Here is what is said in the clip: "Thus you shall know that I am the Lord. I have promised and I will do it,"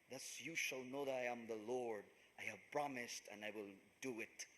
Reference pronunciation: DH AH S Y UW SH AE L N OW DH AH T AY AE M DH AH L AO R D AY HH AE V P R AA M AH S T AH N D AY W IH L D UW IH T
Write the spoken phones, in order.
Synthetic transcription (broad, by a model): DH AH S Y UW SH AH L N OW DH AH T AY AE M DH AH L AO R D AY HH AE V P R AA M AH S T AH N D AY W IH L D UW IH T